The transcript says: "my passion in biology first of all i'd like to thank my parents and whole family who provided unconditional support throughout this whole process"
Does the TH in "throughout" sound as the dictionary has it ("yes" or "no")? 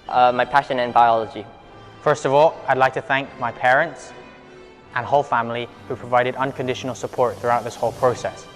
yes